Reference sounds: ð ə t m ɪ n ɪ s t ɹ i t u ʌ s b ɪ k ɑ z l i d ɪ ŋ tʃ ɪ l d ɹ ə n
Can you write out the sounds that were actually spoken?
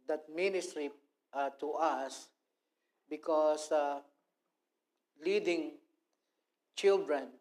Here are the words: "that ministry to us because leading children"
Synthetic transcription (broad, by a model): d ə t m ɪ n ɪ s t ɹ i t u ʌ s b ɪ k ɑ s l i d ɪ ŋ tʃ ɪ l d ɹ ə n